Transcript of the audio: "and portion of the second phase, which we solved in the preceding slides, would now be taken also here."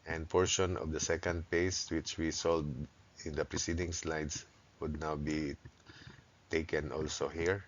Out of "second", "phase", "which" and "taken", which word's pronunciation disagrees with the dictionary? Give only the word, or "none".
phase